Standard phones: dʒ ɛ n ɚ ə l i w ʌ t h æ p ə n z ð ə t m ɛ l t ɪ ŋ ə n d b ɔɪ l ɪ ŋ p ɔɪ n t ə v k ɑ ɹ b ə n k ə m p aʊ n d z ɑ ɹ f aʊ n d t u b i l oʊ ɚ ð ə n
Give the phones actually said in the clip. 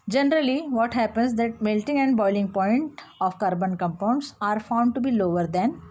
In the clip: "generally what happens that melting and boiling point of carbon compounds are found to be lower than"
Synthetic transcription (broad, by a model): dʒ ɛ n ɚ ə l i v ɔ t h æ p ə n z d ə t m ɛ l t ɪ ŋ ə n d b ɔɪ l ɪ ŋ p ɔɪ n t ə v k ɑ ɹ b ə n k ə m p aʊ n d s ɑ ɹ f aʊ n d t u b i l oʊ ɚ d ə n